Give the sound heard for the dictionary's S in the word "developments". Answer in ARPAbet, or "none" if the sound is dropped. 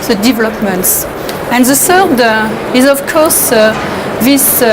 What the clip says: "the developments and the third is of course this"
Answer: S